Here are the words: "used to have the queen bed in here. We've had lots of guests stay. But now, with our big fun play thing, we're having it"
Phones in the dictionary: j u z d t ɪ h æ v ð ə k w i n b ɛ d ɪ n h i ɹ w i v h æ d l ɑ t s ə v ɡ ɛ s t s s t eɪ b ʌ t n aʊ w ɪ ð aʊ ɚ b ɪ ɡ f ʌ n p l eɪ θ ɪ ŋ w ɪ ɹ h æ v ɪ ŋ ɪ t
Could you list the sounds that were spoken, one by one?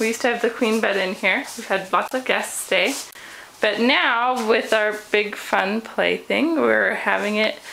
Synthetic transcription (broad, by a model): j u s t ɪ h v ð ə k w i n b ɛ d ɪ n h i ɹ w i v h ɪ d l ɑ t s ə v ɡ ɛ s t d eɪ b ʌ t n aʊ w ɪ ð aʊ ɚ b ɪ ɡ f ʌ n p l eɪ θ ɪ ŋ w ɪ ɹ h æ v ɪ ŋ ɪ t